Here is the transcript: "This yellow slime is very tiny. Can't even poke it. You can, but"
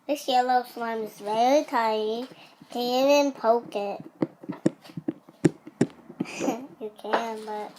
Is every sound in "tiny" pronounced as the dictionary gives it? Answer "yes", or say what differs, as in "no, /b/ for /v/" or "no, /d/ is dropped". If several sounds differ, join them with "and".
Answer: no, /n/ is dropped